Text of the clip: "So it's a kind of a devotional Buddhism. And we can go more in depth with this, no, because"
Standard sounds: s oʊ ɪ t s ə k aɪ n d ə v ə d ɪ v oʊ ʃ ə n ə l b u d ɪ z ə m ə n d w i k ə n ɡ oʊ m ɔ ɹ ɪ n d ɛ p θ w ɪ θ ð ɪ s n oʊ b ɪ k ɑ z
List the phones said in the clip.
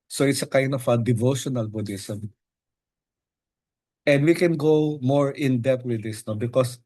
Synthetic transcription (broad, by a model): s oʊ ɪ t s ə k aɪ n d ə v ə d ɪ v oʊ ʃ ə n ə l b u d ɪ s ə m ə n d w i k ə n ɡ oʊ m ɔ ɹ ɪ n d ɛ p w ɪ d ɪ s n oʊ b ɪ k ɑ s